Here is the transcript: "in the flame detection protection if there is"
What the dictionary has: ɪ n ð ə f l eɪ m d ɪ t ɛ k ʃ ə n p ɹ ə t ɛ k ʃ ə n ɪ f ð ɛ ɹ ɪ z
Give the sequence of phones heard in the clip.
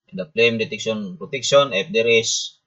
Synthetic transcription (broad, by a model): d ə p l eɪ m d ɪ t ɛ k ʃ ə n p ɹ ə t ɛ k s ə n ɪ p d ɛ ɹ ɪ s